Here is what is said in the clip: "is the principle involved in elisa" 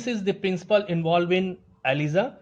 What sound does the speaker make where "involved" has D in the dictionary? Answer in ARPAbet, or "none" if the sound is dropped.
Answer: none